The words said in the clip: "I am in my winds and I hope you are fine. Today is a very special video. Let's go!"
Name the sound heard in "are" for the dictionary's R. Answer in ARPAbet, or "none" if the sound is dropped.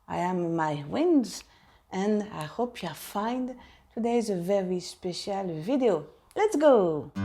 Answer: L